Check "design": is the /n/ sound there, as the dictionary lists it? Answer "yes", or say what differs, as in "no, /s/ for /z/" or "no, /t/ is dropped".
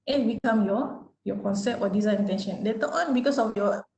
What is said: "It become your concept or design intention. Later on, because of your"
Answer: no, /n/ is dropped